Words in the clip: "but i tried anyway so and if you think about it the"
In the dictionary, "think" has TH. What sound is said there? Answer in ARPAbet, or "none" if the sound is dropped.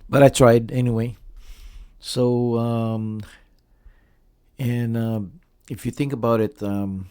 TH